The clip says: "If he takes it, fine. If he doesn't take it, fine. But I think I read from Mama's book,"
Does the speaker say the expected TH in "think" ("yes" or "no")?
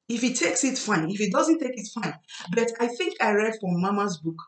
yes